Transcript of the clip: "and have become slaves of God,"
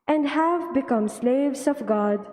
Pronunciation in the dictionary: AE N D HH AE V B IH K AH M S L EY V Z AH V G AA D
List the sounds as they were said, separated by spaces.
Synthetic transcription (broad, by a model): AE N D HH AE V B IH K AH M S L EY V Z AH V G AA D